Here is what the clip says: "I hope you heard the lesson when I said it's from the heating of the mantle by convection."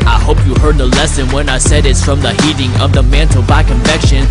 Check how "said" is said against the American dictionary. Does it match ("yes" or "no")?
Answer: yes